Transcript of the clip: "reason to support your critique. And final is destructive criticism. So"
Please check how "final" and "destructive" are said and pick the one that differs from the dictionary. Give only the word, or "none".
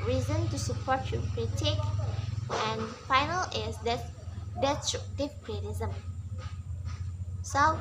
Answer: destructive